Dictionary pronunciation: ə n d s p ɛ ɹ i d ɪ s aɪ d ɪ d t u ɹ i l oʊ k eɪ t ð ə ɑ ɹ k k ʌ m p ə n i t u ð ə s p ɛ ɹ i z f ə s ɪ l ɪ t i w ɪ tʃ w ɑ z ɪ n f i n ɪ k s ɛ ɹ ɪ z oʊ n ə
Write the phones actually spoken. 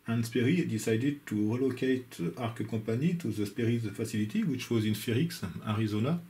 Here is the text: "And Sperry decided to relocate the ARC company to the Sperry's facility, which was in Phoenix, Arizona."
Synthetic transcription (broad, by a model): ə n s p ɛ ɹ i d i s aɪ d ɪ d t u ɹ i l oʊ k eɪ t ɑ ɹ k k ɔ p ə n i t u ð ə s p ɛ ɹ i z f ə s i l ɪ t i w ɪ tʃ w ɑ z ɪ n f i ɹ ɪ k s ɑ ɹ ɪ z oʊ n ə